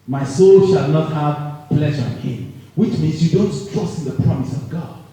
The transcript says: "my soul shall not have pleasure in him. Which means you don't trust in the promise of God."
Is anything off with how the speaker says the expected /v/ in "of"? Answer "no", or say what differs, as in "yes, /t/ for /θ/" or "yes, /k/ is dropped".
no